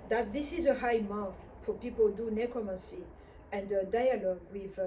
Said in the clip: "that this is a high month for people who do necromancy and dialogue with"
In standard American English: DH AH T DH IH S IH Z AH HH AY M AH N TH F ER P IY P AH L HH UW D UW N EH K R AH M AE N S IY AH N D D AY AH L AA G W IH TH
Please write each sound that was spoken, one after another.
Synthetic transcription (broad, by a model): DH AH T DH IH S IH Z AH HH AY M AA TH F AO P IY P AH L D UW N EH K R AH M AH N S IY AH N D D AY AH L AA G W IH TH